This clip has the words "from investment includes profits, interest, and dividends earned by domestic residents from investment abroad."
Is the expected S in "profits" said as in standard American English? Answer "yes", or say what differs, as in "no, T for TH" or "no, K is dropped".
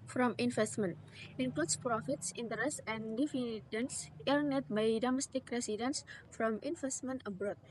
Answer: yes